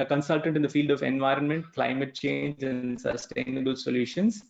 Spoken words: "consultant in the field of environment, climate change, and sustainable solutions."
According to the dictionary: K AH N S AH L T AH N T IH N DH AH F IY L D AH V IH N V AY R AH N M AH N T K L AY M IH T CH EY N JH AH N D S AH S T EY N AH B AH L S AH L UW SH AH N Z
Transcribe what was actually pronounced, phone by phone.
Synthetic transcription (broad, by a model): K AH N S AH L T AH N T IH N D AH F IY L D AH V IH N V AY R AH N M AH N T K L AY M IH T CH EY N JH AH N D S AH S T EY N AH B AH L S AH L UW SH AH N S